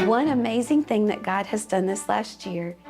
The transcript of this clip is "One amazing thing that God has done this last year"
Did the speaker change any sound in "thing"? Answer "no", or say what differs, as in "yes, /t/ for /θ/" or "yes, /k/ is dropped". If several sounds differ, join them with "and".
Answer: no